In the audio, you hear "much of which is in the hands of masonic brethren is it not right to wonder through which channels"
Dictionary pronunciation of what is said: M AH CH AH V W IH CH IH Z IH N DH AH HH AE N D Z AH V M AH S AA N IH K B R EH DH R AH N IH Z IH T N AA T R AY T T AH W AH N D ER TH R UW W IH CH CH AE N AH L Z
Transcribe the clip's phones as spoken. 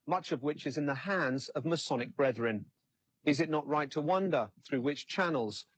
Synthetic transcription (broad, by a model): M AH CH AH V W IH CH IH Z IH N DH AH HH AE N D Z AH V M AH S AA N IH K B R EH DH R AH N IH Z IH T N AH T R AY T T AH W AH N D ER TH R UW W IH CH CH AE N L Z